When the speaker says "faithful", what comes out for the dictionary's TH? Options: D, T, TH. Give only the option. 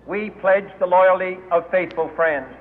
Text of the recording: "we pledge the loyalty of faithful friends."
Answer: TH